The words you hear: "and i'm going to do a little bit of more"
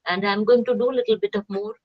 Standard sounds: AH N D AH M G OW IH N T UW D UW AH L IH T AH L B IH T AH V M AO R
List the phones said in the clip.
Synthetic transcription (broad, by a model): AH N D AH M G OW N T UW D UW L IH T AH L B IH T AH P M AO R